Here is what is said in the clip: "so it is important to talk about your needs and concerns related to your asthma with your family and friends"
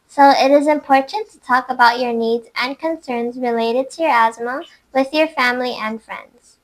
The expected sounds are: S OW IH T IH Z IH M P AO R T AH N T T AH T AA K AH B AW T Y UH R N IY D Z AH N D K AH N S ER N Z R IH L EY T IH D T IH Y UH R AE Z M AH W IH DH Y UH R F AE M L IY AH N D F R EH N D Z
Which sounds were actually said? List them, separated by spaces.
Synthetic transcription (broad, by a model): S OW IH T IH Z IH M P AO R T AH N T T AH T AA K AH B AW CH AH R N IY D Z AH N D K AH N S ER N Z R IH L EY T IH D T IH Y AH R AE Z M AH W IH DH Y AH R F AE M L IY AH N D F R EH N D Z